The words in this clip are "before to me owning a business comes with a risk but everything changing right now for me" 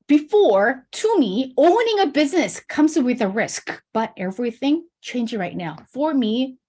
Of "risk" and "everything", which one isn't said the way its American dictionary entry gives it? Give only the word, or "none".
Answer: none